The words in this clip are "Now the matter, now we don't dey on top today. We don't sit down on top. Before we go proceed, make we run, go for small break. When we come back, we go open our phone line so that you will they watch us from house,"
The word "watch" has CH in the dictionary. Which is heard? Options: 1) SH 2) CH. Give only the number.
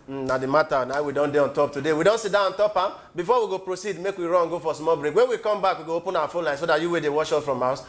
1